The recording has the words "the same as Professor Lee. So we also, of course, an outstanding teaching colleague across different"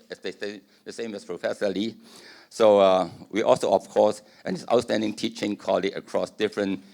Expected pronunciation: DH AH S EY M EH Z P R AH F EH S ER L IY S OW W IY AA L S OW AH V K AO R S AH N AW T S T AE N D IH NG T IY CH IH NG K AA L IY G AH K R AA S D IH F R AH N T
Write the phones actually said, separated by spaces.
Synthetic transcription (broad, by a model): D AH S EY M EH S P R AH F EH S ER L IY S OW W IY AA L S OW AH F K AO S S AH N AW T S T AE N D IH NG T IY CH IH NG K AA L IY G AH K R AA S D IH F R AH N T